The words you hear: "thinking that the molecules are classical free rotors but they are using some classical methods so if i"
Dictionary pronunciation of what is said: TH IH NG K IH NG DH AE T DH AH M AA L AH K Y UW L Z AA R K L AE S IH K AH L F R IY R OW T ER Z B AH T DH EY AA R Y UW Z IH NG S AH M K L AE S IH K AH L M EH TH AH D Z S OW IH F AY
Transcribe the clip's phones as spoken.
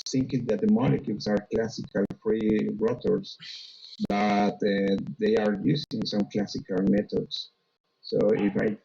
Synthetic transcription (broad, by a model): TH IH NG K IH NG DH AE T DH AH M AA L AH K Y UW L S AA R K L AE S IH K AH L F R IY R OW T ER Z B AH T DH EY AA R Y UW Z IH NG S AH M K L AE S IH K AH L M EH T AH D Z S OW IH F AY